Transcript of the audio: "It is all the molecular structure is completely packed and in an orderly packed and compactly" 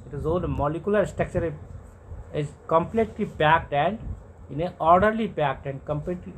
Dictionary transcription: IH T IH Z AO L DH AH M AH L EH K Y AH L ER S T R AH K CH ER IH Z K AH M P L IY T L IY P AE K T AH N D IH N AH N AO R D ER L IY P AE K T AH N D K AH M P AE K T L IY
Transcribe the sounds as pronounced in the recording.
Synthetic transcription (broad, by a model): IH T IH Z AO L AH M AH L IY K Y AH L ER S T AH K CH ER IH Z K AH M P L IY T L IY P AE K T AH N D IH N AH AO R D ER L IY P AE K T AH N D K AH M P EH T L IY